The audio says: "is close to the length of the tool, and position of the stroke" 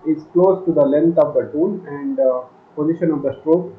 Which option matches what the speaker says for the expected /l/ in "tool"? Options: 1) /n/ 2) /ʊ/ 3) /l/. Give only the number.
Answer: 1